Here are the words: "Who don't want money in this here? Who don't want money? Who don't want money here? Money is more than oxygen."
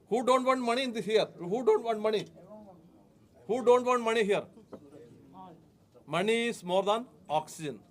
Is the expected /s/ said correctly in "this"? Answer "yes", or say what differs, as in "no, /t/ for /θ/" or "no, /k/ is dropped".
no, /s/ is dropped